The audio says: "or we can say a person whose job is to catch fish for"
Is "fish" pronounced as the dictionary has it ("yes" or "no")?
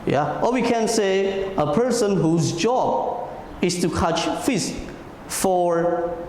no